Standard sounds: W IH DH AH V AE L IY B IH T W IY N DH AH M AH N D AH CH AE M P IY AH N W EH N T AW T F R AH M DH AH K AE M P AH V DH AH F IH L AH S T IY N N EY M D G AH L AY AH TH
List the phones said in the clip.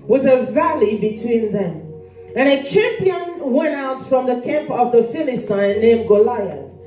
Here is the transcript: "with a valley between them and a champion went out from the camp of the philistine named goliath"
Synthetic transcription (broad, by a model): W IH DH AH V AE L IY B IH T W IY N DH AH M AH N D AH CH AE M P IY AH N W EH N T AW T F R AH M DH AH K AE M P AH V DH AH F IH L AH S T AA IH N EY M G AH L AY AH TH